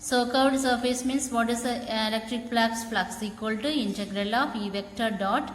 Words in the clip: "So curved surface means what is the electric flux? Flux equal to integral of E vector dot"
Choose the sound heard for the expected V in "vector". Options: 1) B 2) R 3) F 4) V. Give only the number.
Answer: 4